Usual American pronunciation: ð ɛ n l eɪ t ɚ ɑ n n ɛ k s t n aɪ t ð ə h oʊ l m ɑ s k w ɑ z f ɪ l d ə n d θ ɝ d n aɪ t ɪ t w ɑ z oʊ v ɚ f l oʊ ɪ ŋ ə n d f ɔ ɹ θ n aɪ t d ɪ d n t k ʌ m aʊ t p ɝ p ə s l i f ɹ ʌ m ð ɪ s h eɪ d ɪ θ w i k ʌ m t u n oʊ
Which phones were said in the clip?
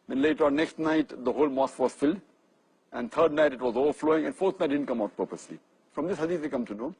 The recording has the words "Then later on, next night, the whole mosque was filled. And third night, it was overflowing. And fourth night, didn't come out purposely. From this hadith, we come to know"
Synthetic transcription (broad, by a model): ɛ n l eɪ t ɚ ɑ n n ɛ k s t n aɪ t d ə h oʊ l m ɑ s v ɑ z f ɪ l d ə n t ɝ d n aɪ t ɪ t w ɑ z oʊ v ɚ f l oʊ ɪ ŋ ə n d f ɔ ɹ t n aɪ t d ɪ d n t k ʌ m aʊ t p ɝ p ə s l i f ɹ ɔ m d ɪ s h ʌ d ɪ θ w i k ʌ m t u n oʊ